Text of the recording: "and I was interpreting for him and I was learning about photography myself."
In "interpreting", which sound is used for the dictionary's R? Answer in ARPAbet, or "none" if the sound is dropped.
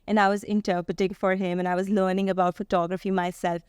none